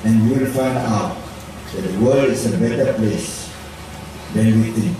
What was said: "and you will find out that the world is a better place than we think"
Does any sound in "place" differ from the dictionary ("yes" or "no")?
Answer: no